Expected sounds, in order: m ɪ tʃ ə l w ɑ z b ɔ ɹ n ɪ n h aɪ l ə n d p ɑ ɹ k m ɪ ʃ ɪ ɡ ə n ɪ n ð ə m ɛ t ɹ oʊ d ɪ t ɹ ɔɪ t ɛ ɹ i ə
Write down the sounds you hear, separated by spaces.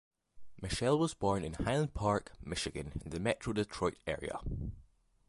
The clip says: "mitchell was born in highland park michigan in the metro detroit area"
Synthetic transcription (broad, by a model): m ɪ ʃ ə l w ɑ z b ɔ ɹ n ɪ n h aɪ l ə n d p ɑ ɹ k m ɪ ʃ ɪ ɡ ə n ɪ n ð ə m ɛ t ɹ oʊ d ɪ t ɹ ɔɪ t ɛ ɹ i ə